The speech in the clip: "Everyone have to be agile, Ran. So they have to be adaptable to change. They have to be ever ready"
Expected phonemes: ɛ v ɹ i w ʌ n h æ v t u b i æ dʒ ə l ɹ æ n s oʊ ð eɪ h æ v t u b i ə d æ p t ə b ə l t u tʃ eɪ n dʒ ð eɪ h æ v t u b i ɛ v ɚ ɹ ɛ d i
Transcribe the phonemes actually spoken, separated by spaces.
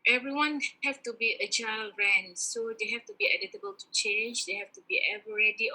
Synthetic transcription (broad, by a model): ɛ v ɹ i w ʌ n h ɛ f t u b i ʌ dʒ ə l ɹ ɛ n s oʊ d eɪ h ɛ f t u b i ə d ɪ t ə b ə l t u tʃ eɪ n dʒ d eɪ h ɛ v t u b i ɛ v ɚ ɹ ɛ d i